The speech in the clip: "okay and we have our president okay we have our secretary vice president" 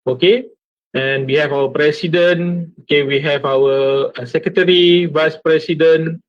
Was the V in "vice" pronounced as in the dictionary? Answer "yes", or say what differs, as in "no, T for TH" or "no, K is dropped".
yes